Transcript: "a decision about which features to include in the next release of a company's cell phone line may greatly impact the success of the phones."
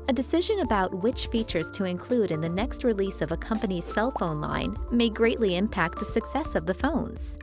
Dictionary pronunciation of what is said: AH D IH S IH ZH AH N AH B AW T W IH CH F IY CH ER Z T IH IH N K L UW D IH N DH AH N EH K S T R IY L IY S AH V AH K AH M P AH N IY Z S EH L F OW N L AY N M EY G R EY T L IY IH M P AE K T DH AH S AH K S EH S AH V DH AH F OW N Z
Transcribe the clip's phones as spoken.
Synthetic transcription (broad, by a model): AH D IH S IH ZH AH N AH B AW T W IH CH F IY CH ER Z T IH IH N K L UW D IH N DH AH N EH K S T R IY L IY S AH V AH K AH M P AH N IY Z S EH L F OW N L AY N M EY G R EY T L IY IH M P AE K T DH AH S AH K S EH S AH V DH AH F OW N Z